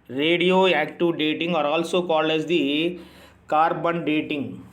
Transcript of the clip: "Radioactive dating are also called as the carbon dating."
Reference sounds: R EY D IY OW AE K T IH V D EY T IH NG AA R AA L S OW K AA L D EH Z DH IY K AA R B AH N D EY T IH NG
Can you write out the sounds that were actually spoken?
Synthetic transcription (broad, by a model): R EY D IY OW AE K T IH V D EY T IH NG AA R AA L S OW K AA L EH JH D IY K AA R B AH N D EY T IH NG